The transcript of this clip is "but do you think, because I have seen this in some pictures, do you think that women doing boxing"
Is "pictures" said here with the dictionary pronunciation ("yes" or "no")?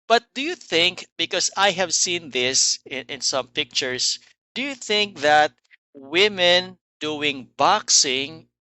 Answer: no